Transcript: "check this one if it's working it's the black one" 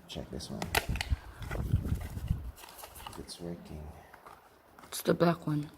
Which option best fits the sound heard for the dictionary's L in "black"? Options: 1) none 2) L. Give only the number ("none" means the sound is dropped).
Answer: 1